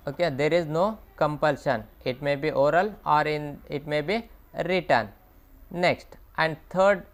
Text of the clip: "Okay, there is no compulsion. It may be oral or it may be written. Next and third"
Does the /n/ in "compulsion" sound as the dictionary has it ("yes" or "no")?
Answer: yes